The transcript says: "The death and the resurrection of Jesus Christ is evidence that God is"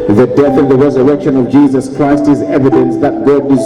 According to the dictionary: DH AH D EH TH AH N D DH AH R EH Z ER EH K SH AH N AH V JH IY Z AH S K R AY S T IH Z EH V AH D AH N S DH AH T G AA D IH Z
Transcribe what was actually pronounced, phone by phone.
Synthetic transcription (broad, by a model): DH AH D EH TH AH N DH AH R EH Z ER EH K SH AH N AH V JH IY Z AH S K R AY S T IH Z EH V AH D AH N S DH AH T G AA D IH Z